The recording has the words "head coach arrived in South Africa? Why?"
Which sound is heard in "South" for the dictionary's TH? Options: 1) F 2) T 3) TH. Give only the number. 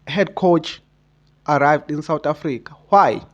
2